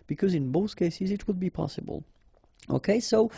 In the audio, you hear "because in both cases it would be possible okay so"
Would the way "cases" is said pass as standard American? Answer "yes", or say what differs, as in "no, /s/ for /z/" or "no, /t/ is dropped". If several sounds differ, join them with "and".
yes